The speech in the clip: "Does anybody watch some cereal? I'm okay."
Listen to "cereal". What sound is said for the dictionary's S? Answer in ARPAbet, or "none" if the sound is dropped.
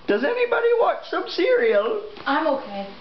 S